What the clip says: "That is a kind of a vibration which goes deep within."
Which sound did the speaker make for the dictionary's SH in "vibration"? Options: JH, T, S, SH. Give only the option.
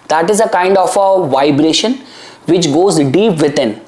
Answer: SH